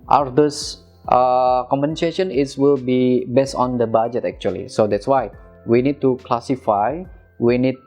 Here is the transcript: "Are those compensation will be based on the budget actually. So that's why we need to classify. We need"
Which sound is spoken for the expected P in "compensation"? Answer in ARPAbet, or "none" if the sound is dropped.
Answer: none